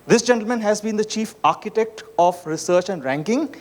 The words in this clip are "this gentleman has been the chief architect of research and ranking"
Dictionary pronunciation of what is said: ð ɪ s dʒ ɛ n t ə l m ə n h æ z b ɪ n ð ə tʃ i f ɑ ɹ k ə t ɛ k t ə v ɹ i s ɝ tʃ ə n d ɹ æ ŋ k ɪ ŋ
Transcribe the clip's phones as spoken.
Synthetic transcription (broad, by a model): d ɪ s dʒ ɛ n t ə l m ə n h æ z b ɪ n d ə tʃ i f ɑ ɹ k ə t ɛ k t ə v ɹ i s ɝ tʃ ə n d ɹ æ ŋ k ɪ ŋ